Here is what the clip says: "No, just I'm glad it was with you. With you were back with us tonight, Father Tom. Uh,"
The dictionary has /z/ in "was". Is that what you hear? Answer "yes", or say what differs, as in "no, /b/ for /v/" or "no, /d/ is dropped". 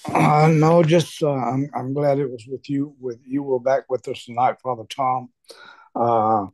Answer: yes